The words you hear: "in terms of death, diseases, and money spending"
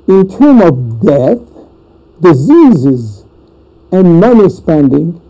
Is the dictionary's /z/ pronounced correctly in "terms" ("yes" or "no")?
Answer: no